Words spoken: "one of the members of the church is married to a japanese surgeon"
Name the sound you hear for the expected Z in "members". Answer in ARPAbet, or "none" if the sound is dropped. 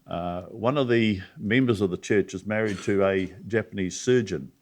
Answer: Z